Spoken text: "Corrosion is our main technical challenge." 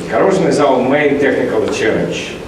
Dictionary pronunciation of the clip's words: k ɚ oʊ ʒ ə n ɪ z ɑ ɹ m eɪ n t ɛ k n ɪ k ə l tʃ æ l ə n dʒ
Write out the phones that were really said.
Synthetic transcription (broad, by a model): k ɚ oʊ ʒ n ɪ z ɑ l m eɪ n t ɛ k n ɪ k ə l tʃ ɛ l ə n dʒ